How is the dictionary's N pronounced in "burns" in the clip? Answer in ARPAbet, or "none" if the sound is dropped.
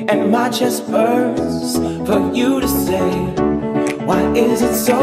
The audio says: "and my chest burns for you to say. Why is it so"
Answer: none